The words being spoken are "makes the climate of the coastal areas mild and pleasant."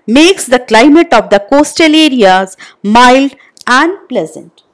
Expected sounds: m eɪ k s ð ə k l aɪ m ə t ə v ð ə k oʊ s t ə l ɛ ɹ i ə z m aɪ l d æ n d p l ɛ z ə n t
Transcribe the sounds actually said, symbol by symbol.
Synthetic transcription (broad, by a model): m eɪ k s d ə k l aɪ m ə t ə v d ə k oʊ s t ə l ɛ ɹ i ə z m aɪ l d æ n d p l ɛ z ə n t